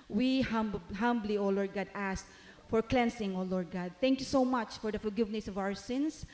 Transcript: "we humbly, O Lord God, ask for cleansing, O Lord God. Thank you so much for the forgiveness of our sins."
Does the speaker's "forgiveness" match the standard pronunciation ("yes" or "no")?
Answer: no